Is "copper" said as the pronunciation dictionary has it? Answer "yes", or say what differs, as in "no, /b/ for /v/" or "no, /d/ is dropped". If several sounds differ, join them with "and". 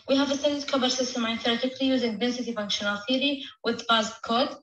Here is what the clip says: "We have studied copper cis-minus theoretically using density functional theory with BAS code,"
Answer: no, /b/ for /p/